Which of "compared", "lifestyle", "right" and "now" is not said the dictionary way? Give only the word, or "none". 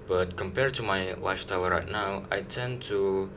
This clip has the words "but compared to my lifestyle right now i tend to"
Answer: lifestyle